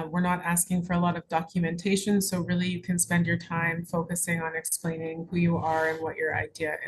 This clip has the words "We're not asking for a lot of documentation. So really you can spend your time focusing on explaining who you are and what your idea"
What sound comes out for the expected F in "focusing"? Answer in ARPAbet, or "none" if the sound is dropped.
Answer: F